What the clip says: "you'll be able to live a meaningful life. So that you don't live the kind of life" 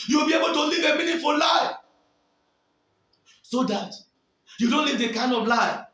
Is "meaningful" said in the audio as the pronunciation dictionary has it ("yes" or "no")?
no